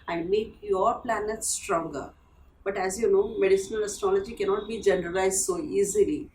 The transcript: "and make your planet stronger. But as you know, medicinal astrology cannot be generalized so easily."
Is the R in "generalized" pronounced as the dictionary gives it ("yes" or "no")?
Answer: yes